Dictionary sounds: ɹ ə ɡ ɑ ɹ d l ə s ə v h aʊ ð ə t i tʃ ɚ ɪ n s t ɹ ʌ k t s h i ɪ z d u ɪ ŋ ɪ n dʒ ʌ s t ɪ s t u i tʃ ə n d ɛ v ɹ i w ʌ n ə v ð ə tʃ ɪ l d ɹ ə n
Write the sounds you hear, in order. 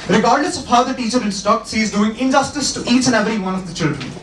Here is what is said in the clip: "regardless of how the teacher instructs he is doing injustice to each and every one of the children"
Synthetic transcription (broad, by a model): ɹ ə ɡ ɑ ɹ d l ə s ə v h aʊ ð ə t i tʃ ɚ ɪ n s t ɔ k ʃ i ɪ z d u ɪ ŋ ɪ n dʒ ʌ s t ɪ s t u i tʃ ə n ɛ v ɹ i w ʌ n ə v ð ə tʃ ɪ l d ɹ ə n